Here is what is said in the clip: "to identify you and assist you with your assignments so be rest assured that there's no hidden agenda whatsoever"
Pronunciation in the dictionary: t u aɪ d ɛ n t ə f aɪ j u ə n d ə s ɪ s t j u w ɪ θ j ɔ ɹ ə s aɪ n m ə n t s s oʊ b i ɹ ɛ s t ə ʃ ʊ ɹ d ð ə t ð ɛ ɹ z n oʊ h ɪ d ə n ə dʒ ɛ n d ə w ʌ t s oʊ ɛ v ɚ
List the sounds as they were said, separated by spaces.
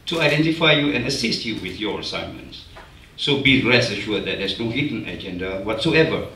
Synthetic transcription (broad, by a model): t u aɪ d ɛ n t ə f aɪ j u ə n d ə s ɪ s t j u w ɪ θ j ɔ ɹ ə s aɪ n m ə n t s s oʊ b i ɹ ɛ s ə ʃ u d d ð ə t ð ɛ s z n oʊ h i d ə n ə dʒ ɛ n d ə w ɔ t s oʊ ɛ v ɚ